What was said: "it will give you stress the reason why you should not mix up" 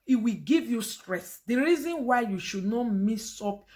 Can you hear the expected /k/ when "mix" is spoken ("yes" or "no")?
no